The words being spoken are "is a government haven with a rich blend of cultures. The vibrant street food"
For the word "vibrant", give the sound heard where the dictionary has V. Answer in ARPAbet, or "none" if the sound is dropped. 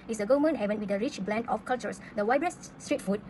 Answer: W